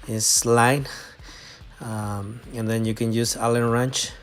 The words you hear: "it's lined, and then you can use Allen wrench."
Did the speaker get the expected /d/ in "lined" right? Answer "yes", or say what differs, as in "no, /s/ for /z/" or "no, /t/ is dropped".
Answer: no, /d/ is dropped